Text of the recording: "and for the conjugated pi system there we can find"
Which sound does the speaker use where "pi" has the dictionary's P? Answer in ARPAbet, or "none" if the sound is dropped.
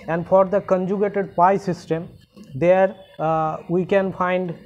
P